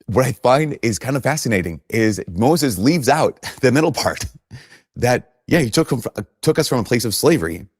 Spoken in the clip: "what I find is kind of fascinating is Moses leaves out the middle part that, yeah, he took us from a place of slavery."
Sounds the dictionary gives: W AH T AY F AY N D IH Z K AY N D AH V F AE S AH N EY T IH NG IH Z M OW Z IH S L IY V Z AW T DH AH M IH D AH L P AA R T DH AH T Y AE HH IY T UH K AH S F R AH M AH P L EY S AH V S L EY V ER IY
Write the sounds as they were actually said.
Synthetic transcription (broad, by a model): W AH T AY F AY N D IH Z K AY N D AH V F AE S AH N EY T IH NG IH Z M OW Z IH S L IY V Z AW T DH AH M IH D L P AA R T DH AH T Y AE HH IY T UH K AH S F R AH M AH P L EY S AH V S L EY V ER IY